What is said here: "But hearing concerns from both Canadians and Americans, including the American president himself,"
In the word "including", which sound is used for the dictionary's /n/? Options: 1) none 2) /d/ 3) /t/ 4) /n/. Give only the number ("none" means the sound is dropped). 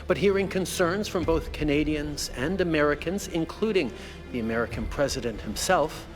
4